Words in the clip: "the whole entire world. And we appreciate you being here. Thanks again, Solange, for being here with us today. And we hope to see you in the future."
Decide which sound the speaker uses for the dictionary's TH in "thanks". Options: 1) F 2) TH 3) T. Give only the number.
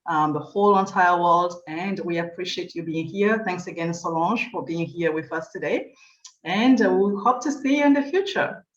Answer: 2